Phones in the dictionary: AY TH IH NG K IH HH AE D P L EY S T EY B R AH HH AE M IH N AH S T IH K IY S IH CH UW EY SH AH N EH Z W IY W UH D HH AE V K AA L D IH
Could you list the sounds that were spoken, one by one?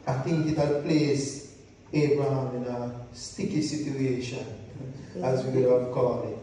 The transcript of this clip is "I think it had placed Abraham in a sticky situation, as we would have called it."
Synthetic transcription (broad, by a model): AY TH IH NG K IH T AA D P L EY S EY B R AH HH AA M IH N AH S T IH K IY S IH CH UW EY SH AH N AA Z W IY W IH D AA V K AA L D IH